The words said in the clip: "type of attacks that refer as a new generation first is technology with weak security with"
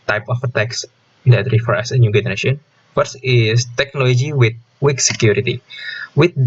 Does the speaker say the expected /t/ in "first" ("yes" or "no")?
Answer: no